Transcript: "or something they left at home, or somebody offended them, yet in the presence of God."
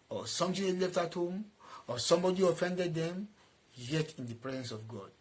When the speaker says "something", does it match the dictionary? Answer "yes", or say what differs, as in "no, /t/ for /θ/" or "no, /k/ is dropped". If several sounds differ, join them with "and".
no, /t/ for /θ/